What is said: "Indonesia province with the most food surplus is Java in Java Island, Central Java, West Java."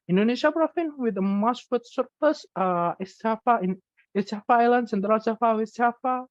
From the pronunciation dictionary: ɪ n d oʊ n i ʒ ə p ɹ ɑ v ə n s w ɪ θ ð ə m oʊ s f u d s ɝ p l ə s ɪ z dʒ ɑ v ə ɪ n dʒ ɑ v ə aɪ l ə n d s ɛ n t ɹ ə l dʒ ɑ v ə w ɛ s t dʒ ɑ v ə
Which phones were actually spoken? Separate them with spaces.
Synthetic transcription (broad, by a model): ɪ n d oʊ n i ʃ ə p ɹ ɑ f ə n w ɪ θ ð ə m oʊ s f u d s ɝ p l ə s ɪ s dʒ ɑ f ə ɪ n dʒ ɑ f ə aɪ l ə n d s ɛ n t ɹ ə l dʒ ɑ f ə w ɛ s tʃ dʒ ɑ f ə